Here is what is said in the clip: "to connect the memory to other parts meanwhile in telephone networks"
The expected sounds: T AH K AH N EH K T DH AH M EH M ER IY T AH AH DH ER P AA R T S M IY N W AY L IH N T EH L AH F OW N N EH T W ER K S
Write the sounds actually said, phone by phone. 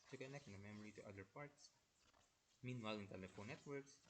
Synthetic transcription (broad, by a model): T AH K AH N EH K T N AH M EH M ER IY T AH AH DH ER P AA R T S M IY N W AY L IH N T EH L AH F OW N N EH T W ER K S